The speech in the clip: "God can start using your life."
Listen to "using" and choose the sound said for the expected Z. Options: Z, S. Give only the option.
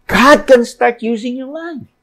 Z